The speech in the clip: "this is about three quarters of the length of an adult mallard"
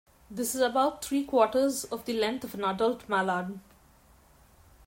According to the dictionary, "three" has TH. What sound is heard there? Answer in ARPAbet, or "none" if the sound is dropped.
T